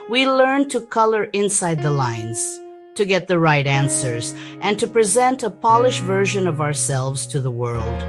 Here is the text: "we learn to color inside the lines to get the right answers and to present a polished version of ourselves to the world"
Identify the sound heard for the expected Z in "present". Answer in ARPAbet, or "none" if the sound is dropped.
Z